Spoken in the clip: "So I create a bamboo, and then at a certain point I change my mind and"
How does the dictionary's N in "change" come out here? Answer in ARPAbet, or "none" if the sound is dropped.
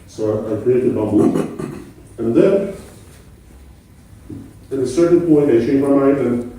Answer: none